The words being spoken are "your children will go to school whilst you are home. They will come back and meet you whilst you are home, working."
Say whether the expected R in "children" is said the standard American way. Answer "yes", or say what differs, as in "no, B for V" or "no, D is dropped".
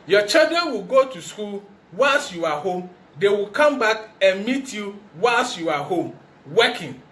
no, R is dropped